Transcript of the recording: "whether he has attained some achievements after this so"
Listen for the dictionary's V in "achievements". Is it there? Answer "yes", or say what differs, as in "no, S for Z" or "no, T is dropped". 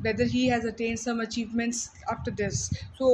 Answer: yes